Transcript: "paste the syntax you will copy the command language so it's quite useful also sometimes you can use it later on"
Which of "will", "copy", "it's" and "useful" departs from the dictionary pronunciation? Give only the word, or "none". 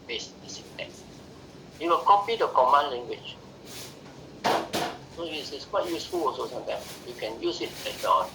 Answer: it's